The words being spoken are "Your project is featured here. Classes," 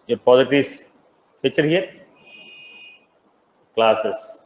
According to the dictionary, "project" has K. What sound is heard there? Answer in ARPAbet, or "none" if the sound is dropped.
none